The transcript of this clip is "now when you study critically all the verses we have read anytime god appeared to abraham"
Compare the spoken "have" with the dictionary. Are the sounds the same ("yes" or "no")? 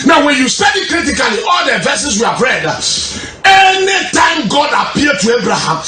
no